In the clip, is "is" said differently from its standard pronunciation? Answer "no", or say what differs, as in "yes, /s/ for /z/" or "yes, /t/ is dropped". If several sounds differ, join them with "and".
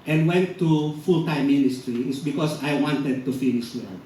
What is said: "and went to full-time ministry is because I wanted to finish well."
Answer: yes, /s/ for /z/